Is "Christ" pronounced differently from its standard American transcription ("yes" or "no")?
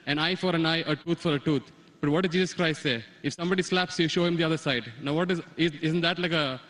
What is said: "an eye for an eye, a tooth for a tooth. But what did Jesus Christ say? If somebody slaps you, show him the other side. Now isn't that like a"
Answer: no